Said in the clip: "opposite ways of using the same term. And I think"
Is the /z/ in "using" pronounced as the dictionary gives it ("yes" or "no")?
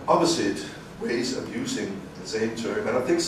yes